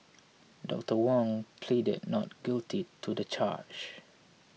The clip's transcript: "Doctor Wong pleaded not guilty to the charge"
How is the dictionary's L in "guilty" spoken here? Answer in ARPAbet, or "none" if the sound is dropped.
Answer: L